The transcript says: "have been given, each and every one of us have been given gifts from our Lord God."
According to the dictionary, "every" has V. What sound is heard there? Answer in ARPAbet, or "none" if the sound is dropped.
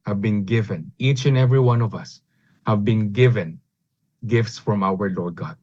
V